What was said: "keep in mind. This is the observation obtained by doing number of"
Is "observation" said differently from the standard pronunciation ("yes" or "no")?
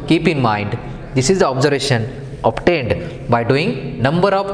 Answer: no